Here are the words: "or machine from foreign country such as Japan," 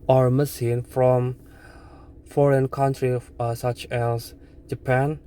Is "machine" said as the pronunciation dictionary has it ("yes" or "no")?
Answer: no